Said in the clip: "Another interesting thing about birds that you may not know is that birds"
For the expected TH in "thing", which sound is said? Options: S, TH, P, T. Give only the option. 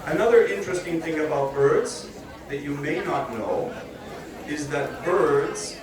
TH